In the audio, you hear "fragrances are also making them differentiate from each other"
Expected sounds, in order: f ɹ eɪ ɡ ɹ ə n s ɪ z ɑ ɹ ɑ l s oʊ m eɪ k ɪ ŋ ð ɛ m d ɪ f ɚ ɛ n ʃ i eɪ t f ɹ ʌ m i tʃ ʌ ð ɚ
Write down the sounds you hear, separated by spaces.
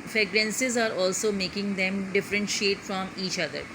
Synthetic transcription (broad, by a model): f ɹ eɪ ɡ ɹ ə n s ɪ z ɑ ɹ ɑ l s oʊ m eɪ k ɪ ŋ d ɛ m d ɪ f ɚ ɛ n ʃ i eɪ t f ɹ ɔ m i tʃ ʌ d ɚ